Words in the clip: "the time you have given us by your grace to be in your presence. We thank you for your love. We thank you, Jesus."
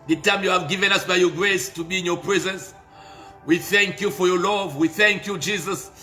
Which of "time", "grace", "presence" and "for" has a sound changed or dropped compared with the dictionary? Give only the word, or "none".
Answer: none